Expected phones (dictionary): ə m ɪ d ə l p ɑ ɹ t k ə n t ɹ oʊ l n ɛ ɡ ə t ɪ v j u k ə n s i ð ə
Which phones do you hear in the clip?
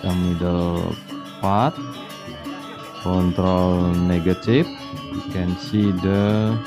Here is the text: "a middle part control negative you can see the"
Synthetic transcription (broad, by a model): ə m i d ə l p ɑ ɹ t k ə n t ɹ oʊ l n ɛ ɡ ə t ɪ f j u k ə n s i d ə